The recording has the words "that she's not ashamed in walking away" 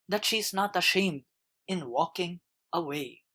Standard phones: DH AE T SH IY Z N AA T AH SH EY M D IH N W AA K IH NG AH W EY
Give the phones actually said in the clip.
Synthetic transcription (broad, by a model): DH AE T SH IY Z N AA T AH SH EY M D IH N W AA K IH NG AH W EY